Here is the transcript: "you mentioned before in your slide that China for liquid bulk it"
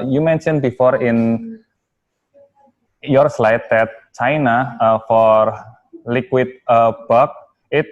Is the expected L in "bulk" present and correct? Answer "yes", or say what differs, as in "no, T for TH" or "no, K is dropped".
no, L is dropped